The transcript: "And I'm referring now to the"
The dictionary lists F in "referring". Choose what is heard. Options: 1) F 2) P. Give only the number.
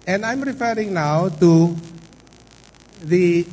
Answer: 1